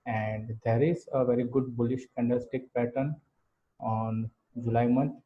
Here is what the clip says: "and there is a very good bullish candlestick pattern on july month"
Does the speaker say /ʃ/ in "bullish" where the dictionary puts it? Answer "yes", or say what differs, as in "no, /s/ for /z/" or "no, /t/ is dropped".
yes